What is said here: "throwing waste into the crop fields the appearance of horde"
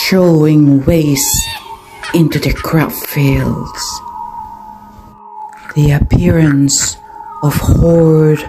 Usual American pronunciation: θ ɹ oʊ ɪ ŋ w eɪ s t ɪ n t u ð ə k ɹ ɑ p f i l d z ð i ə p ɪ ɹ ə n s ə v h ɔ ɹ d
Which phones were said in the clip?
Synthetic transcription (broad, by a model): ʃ oʊ ɪ ŋ w eɪ s ɪ n t u ð ə k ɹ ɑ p f i l d z ð i ə p ɪ ɹ ə n s ə v h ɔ ɹ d